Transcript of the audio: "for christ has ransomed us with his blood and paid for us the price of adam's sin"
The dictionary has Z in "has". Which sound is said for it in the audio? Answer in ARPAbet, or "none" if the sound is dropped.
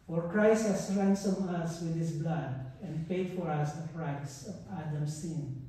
S